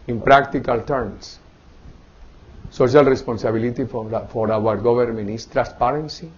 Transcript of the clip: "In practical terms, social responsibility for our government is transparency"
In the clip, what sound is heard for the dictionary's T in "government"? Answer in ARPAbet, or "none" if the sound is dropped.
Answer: none